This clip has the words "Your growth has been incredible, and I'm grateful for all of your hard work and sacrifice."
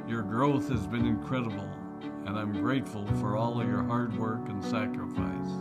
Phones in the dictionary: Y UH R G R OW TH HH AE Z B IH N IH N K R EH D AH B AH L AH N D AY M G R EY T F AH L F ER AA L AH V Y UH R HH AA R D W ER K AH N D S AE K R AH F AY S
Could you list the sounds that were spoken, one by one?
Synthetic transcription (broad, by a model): Y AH R G R OW TH HH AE Z B IH N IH N K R EH D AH B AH L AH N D AY M G R EY T F AH L F ER AA L AH V Y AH R HH AA R D W ER K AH N S AE K R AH F AY S